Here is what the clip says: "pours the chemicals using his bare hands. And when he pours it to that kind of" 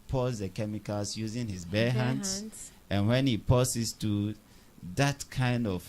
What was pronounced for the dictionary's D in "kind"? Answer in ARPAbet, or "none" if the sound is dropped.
D